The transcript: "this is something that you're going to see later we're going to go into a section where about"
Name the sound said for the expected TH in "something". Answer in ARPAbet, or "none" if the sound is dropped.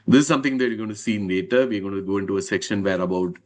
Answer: T